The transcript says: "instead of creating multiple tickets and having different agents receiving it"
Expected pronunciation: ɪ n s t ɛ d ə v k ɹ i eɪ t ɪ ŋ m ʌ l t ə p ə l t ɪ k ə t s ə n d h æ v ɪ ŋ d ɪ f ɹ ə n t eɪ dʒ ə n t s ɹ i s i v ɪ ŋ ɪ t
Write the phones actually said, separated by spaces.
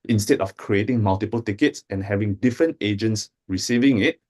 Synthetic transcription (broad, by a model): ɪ n s t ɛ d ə f k ɹ i eɪ t ɪ ŋ m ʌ l t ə p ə l t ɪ k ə t s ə n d h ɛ v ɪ ŋ d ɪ f ɹ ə n t eɪ dʒ ə n t s ɹ i s i v ɪ ŋ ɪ t